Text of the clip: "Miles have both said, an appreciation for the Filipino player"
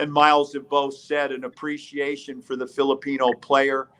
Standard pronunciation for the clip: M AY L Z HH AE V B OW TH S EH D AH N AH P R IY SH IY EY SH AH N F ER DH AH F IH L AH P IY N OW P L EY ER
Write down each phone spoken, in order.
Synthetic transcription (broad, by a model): M AY L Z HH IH V B OW TH S EH D AH N AH P R IY SH IY EY SH AH N F ER DH AH F IH L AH P IY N OW P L EY ER